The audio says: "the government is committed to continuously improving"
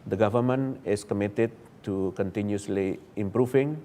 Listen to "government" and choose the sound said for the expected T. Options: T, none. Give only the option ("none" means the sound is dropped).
none